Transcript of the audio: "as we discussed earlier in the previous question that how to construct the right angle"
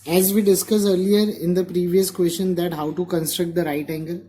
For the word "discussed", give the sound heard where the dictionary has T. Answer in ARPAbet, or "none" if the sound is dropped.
none